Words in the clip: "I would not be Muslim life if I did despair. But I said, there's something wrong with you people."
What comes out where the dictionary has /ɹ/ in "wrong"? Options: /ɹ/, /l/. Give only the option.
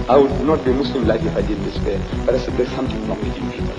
/l/